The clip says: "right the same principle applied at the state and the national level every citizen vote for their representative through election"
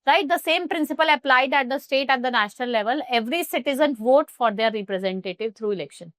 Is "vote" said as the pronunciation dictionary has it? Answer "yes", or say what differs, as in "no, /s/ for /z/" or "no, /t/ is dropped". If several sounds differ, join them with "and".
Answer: yes